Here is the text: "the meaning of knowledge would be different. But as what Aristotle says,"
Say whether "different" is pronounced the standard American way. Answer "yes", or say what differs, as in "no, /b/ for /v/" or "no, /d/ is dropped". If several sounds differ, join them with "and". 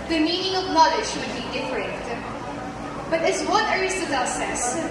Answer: no, /n/ is dropped